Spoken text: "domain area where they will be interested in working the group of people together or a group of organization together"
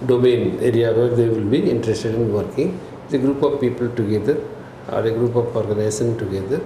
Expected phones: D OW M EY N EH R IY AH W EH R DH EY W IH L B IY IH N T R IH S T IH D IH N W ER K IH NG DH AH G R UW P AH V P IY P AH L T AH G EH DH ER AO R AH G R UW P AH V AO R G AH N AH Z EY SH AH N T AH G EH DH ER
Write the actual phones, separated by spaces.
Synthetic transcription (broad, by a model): D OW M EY N EH R IY AH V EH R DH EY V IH L B IY IH N T R IH S T IH D IH N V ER K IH NG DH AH G R UW P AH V P IY P AH L T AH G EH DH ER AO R AH G R UW P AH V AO R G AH N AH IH S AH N T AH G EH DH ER